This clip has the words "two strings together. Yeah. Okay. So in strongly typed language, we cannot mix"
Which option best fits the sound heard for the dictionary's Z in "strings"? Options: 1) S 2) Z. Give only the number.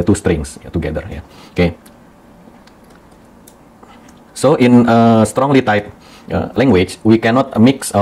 1